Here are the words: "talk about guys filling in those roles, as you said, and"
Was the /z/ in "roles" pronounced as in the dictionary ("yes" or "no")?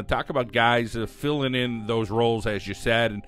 yes